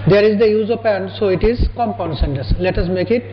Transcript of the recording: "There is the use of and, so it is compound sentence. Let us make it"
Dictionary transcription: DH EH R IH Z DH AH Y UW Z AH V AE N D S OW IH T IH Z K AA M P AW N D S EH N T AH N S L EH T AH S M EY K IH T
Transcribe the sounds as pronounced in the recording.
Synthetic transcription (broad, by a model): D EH R IH Z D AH Y UW Z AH P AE N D S OW IH T IH Z K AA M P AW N S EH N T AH S L EH T AH S M EY K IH T